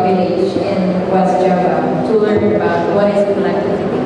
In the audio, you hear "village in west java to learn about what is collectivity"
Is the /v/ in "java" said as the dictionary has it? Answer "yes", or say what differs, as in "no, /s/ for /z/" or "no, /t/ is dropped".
no, /v/ is dropped